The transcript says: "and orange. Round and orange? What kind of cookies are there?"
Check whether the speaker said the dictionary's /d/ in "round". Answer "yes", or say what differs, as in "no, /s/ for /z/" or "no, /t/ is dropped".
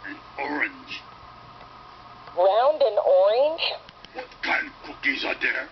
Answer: yes